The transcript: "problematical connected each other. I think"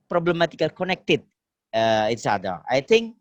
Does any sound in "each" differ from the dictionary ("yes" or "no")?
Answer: yes